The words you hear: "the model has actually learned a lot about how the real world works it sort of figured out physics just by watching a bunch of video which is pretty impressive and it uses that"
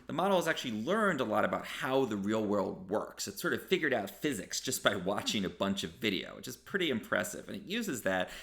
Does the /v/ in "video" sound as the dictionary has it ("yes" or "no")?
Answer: yes